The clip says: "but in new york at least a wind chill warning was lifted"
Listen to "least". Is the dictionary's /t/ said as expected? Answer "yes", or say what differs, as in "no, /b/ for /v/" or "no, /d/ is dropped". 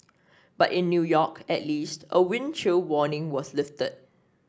yes